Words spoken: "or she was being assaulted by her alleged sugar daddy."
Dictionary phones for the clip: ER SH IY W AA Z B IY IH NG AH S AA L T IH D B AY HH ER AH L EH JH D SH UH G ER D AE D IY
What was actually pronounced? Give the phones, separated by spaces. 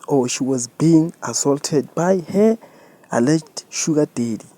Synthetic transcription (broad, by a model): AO SH IY W AA Z B IY IH NG AH S AA L T IH D B AY HH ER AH L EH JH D SH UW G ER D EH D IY